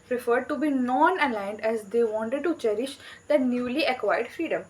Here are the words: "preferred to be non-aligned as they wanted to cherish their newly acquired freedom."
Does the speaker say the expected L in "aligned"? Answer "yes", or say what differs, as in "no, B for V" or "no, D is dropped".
yes